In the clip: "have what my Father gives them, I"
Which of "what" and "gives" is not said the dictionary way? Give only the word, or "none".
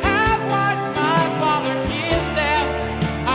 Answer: gives